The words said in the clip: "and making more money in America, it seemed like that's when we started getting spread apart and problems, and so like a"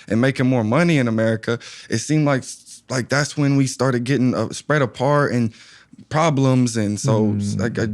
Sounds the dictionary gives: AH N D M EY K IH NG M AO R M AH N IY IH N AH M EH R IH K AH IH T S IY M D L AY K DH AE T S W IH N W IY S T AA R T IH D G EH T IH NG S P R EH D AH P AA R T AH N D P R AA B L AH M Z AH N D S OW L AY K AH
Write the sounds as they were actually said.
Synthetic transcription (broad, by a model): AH N M EY K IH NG M AO R M AH N IY IH N AH M EH R IH K AH IH T S IY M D L AY K DH AE T S W IH N W IY S T AA R T IH D G EH T IH NG S P R EH D AH P AA R T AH N P R AA B L AH M Z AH N S OW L AY K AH